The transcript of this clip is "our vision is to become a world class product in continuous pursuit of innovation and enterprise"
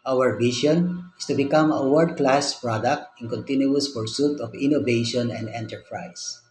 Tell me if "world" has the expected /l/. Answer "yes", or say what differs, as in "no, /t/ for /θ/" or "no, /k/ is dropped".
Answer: no, /l/ is dropped